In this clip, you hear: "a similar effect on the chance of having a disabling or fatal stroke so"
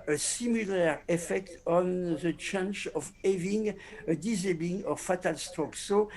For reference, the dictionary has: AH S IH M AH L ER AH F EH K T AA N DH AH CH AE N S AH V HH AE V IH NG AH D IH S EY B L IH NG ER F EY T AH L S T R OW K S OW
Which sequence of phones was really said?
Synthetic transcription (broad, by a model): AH S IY M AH L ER AH F EH K T AA N DH AH CH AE N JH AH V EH V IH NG AH D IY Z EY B IH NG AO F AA T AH L S T OW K S OW